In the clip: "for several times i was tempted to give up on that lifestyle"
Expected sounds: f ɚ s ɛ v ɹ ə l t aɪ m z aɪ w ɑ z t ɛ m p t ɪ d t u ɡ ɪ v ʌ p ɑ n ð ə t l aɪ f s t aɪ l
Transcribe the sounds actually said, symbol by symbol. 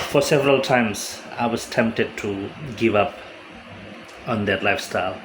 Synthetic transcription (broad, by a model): f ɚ s ɛ v ɹ ə l t aɪ m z aɪ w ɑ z t ɛ m p t ɪ d t u ɡ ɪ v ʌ p ɑ n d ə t l aɪ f s t aɪ l